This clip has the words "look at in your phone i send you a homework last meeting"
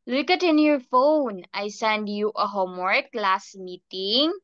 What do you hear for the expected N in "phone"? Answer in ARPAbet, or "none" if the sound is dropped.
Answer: N